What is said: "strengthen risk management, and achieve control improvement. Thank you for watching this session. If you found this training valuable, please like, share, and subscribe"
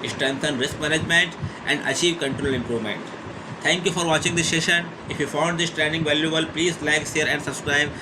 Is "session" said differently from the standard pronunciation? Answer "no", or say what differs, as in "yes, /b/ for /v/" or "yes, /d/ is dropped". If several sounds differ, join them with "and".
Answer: no